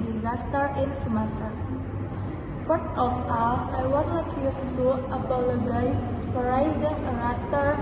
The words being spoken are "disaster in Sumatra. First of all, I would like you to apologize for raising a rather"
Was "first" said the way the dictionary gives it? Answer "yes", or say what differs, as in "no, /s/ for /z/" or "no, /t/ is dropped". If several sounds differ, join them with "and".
no, /s/ is dropped